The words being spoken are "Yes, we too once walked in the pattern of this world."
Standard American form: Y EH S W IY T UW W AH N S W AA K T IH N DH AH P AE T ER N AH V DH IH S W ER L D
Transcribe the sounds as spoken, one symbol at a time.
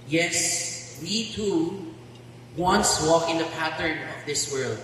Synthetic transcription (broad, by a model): Y EH S W IY T UW W AH N S W AA K IH N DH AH P AE T ER N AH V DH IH S W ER L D